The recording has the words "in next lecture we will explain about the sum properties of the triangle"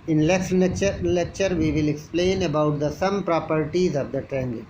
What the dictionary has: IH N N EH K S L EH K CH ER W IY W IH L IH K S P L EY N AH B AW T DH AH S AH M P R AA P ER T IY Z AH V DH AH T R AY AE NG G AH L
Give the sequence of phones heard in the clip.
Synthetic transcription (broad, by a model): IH N L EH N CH L EH K CH ER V IY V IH L IH K S P L EY N AH B AW T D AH S AH M P R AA P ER T IY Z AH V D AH T R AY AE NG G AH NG